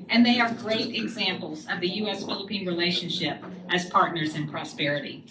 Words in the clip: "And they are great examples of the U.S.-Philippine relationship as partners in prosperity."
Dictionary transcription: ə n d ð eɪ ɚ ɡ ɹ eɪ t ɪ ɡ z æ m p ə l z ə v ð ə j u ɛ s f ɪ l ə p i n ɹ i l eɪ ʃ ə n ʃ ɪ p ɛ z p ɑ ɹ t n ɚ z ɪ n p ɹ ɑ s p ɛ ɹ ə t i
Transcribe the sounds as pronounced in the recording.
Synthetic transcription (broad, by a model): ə n ð eɪ ɚ ɡ ɹ eɪ t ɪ ɡ z æ m p l z ə v ð ə j u ɛ s f ɪ l ə p i n ɹ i l eɪ ʃ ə n ʃ ɪ p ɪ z p ɑ ɹ t n ɚ z ɪ n p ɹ ɑ s p ɛ ɹ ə t i